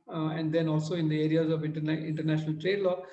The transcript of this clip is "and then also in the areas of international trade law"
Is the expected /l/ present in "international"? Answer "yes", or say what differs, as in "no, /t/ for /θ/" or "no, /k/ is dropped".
yes